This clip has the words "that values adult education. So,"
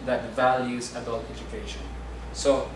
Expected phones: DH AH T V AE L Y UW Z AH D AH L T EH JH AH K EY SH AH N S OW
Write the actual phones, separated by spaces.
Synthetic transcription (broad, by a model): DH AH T V AE L Y UW Z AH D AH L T EH JH AH K EY SH AH N S OW